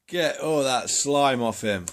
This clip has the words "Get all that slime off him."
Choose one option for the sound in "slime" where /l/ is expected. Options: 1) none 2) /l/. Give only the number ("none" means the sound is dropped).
2